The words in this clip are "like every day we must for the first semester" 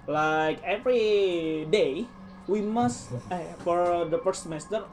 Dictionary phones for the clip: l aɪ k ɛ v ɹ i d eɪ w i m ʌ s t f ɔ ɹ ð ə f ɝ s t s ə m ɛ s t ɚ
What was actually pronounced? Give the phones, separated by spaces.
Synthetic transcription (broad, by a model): l aɪ k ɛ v ɹ i d eɪ w i m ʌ s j f ɔ ɹ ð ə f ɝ t s m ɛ s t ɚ